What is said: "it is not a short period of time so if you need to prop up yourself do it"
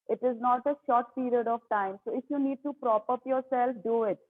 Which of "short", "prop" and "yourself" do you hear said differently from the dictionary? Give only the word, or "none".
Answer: none